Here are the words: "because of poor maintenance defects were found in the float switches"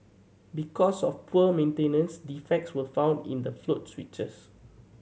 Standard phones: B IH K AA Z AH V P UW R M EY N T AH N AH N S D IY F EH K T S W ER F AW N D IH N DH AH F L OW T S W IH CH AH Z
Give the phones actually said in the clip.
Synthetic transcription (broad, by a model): B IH K AA S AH F P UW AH M EY N T AH N AH N S D IY F EH K T S W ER F AW N D IH N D AH F L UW T S W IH CH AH S